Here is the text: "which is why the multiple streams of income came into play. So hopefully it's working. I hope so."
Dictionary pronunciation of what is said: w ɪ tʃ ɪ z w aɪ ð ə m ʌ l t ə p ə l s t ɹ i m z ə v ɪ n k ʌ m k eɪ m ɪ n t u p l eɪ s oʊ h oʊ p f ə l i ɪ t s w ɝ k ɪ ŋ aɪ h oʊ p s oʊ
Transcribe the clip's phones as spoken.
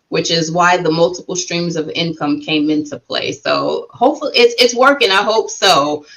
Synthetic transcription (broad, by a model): w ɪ tʃ ɪ z w aɪ ð ə m ʌ l t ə p l s t ɹ i m z ə v ɪ n k ʌ m k eɪ m ɪ n t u p l eɪ s oʊ h oʊ p f l i ɪ t s w ɝ k ɪ ŋ aɪ h oʊ p s oʊ